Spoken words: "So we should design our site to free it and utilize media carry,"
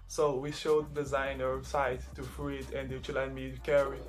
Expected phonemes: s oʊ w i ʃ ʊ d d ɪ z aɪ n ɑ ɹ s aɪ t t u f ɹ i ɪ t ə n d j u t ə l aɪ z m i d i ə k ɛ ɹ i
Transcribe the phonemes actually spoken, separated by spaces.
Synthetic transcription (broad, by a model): s oʊ w i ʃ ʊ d d ɪ z aɪ n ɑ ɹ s aɪ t t u f ɹ i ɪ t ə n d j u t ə l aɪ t m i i k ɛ ɹ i